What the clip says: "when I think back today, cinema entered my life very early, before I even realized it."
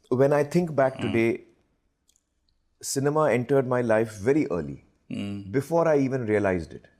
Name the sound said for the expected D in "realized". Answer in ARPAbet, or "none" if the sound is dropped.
D